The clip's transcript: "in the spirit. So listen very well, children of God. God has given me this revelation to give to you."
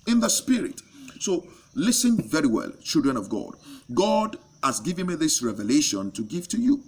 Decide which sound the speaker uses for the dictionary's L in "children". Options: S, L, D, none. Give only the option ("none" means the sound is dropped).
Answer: L